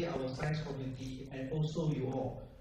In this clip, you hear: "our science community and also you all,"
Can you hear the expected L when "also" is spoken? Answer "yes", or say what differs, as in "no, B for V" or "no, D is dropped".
yes